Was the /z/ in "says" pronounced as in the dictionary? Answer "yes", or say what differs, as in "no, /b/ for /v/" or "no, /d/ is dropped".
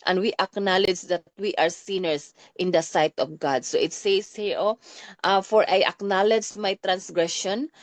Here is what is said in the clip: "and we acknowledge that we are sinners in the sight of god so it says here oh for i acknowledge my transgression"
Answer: no, /s/ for /z/